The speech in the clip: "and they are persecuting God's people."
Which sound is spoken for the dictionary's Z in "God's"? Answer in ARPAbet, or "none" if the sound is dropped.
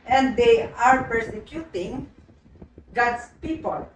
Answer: S